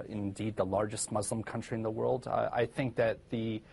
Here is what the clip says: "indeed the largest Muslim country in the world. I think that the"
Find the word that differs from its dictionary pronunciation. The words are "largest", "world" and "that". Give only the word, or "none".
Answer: none